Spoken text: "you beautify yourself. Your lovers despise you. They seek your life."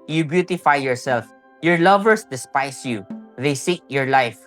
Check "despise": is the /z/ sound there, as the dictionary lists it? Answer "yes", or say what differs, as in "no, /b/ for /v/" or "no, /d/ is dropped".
no, /s/ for /z/